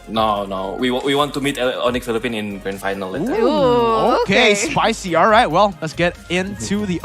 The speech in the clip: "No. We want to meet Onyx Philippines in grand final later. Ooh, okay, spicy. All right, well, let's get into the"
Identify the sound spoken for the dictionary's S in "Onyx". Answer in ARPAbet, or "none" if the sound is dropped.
none